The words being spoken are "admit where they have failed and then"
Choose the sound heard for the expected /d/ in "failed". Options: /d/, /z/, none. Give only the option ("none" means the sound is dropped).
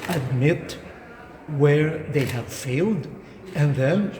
/d/